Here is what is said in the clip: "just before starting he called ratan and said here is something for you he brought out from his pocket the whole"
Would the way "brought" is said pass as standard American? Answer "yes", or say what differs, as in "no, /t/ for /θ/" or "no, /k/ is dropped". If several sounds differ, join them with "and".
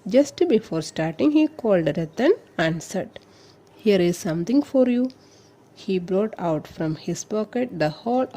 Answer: yes